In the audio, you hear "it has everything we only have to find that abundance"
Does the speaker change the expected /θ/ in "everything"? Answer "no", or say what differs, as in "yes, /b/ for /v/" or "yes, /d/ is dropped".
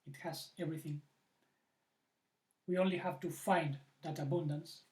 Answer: no